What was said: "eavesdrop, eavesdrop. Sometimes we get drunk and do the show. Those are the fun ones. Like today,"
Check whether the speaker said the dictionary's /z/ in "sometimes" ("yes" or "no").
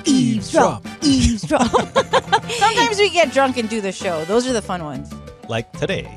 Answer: yes